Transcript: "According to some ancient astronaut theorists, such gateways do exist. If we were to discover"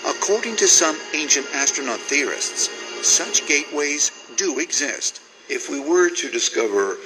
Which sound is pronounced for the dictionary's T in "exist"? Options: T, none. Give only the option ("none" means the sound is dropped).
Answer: T